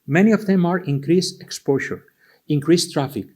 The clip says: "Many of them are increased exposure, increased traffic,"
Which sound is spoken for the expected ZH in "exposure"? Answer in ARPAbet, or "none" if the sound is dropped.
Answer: SH